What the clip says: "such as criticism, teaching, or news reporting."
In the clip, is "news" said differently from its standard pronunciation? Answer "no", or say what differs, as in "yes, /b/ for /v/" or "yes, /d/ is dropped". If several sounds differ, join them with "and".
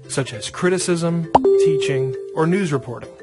no